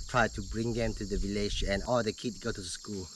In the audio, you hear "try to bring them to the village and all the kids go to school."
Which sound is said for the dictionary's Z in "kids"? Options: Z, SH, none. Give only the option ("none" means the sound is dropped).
none